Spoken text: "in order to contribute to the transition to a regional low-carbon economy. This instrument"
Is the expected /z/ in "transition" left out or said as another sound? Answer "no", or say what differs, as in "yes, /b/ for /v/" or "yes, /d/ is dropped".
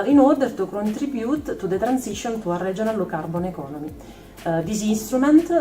yes, /s/ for /z/